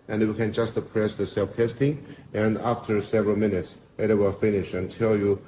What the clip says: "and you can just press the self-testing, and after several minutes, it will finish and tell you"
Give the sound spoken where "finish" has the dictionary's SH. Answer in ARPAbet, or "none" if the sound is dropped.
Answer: SH